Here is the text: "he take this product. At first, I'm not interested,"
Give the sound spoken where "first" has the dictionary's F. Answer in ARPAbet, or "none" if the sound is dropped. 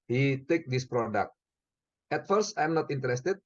F